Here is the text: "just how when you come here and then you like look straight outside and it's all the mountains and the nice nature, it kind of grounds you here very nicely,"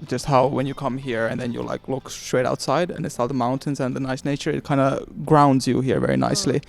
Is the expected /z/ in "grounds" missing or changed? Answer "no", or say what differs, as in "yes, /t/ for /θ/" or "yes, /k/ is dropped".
no